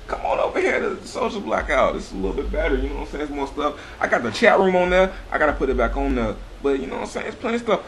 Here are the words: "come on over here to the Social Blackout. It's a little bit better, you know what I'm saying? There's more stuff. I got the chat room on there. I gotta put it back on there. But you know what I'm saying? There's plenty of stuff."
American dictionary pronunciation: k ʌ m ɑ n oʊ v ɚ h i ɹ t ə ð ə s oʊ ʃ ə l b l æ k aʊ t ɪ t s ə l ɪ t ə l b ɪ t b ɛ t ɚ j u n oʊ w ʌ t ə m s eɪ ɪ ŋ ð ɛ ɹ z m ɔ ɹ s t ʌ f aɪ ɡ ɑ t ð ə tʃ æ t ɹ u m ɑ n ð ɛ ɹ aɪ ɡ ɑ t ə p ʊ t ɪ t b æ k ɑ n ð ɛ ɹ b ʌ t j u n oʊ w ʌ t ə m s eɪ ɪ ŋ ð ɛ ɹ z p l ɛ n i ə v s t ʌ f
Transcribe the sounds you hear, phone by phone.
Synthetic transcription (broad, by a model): k ʌ m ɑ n oʊ v ɚ h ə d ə s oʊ ə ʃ b l æ k aʊ t ɪ t s ə l ɪ l b ɪ t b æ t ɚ j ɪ n oʊ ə s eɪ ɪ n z m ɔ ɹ s t ʌ f aɪ ɡ ɑ t ð ə tʃ æ t ɹ u m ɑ n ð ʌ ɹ aɪ ɡ ɑ t ə p ʊ t ɪ t b æ k n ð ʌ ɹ b ʌ t j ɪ n oʊ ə s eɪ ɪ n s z p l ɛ i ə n s t ʌ f